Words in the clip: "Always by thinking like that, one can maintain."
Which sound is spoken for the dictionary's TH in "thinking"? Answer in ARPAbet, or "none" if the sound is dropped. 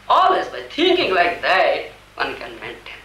T